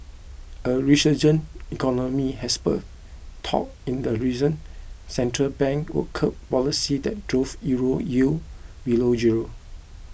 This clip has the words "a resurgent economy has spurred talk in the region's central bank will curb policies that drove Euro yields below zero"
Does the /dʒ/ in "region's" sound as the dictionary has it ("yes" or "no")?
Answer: no